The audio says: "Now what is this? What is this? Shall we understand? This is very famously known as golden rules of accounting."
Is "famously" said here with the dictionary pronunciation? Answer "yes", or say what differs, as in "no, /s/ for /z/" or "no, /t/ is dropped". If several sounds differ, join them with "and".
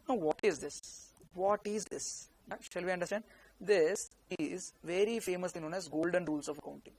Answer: no, /l/ is dropped